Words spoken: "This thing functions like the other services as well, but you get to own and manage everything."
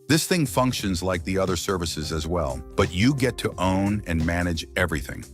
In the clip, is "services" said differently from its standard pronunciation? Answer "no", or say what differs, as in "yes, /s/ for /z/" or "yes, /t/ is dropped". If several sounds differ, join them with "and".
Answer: no